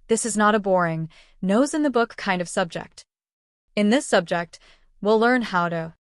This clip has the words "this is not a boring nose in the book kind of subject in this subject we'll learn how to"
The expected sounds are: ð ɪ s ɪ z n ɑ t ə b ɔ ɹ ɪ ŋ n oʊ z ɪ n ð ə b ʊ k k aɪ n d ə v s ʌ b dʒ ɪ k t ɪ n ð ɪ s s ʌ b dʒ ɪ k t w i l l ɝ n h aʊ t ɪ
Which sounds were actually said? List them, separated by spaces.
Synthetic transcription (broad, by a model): ð ɪ s ɪ z n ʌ t ə b ɔ ɹ ɪ ŋ n oʊ z ɪ n ð ə b ʊ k k aɪ n d ə v s ʌ b dʒ ɪ k t ɪ n ð ɪ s s ʌ b dʒ ɪ k t w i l l ɝ n h aʊ t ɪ